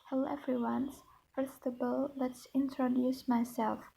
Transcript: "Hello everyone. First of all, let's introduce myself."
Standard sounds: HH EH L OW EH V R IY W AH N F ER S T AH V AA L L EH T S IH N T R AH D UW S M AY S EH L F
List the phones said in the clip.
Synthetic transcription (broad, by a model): HH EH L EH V R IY W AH N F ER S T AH B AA L L EH T S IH N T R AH D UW S M AY S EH L F